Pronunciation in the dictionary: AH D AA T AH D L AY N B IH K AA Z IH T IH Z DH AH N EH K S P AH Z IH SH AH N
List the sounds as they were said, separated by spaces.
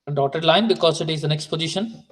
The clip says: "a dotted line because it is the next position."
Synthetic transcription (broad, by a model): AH D AA T AH D L AY N B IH K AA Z IH T IH Z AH N EH K S P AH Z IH SH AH N